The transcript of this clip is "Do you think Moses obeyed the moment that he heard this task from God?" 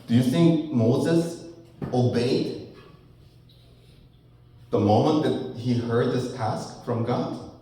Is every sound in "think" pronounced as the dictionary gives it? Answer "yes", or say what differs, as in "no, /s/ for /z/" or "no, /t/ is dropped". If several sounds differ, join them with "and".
yes